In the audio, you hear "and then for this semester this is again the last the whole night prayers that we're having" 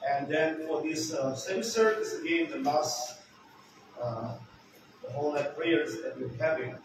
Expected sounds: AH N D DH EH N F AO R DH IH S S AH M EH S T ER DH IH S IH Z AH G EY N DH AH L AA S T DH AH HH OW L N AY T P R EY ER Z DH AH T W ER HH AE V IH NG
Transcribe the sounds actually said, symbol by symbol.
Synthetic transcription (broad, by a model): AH N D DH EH N F AO R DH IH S S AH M S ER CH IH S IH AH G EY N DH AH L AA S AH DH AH HH OW L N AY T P L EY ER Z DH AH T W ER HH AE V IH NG